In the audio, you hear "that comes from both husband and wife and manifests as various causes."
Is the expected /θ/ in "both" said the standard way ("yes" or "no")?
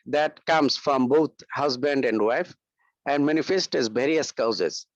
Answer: no